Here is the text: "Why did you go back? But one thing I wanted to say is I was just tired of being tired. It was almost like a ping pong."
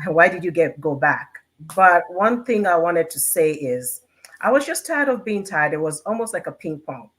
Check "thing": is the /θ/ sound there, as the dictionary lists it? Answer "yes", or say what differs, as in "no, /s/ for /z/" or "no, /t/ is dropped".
yes